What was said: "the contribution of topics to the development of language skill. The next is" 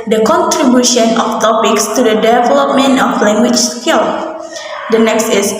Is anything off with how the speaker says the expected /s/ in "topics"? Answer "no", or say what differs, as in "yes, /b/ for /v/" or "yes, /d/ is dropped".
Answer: no